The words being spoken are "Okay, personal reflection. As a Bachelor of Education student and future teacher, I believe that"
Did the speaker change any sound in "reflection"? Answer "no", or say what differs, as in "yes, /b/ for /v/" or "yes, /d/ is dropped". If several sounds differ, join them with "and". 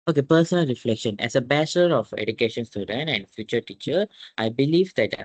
no